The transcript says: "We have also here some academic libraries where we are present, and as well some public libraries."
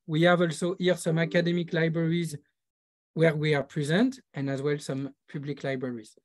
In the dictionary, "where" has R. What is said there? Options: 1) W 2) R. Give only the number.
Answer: 2